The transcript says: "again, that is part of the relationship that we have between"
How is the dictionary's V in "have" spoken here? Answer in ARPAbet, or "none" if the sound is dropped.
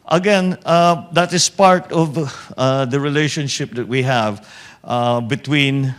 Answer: V